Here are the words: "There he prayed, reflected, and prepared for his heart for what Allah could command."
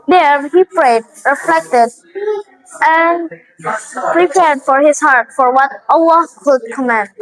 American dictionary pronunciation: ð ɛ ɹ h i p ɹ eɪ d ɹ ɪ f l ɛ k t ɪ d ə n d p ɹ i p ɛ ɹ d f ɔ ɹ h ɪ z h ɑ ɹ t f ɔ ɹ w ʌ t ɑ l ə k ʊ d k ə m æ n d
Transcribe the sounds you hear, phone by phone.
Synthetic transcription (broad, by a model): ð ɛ ɹ h i p ɹ eɪ d ɹ ɪ f l ɛ k t ɪ d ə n p ɹ i p ɛ ɹ d f ɔ ɹ h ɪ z h ɑ ɹ t f ɔ ɹ w ʌ t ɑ w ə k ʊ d k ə m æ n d